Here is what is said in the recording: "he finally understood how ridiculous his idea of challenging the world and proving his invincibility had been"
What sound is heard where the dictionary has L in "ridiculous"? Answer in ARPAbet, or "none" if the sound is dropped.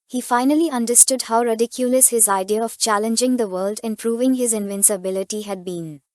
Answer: L